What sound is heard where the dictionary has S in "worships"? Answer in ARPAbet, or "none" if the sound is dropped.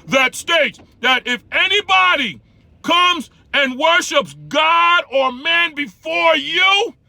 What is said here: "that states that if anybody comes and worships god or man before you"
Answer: S